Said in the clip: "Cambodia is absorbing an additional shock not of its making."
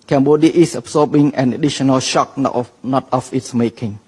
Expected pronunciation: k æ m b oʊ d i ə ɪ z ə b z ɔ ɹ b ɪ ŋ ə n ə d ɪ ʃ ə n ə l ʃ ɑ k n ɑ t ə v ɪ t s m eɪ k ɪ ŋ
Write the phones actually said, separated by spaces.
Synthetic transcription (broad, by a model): k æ m b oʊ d i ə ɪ s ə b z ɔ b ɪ ŋ ə n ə d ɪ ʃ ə n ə l ʃ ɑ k n ɑ t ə f ɪ t s m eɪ k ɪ ŋ